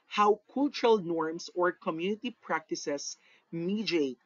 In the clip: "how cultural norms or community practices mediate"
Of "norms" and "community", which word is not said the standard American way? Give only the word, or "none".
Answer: norms